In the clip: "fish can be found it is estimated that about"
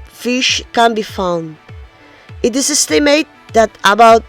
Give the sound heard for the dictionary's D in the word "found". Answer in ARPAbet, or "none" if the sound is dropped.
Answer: D